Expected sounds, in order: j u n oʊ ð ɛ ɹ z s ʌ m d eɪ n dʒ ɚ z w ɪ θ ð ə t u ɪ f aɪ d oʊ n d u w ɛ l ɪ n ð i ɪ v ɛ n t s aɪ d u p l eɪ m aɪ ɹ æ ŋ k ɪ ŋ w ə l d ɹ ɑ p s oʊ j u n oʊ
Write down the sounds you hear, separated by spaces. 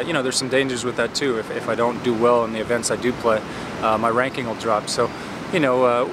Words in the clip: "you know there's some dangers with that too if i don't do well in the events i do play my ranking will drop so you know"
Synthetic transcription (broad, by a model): j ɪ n oʊ ð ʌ ɹ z s ʌ m d eɪ n dʒ ɚ z w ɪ ð ə t u ɪ f aɪ d oʊ n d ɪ w ɛ l ɪ n ð i ɪ v ɛ n t s aɪ d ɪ p l eɪ m aɪ ɹ æ ŋ k ɪ ŋ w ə l d ɹ ɑ p s oʊ j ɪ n oʊ